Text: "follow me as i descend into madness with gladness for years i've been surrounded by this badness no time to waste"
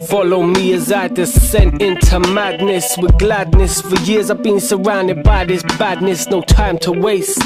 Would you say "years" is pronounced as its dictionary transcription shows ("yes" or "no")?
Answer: yes